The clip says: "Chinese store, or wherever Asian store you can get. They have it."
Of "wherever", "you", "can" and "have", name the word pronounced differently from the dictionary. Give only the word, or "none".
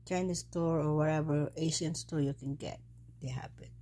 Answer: have